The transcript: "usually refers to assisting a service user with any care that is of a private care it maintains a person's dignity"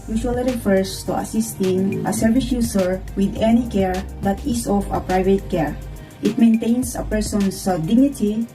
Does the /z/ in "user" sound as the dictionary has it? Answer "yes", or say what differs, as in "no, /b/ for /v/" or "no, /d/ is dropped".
no, /s/ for /z/